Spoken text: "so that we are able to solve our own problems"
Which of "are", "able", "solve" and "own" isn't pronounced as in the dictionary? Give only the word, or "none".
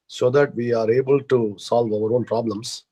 none